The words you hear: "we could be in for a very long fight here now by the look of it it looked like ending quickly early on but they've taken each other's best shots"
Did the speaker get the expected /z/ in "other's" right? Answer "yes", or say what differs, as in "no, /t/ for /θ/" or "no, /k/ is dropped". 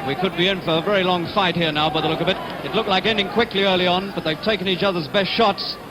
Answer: yes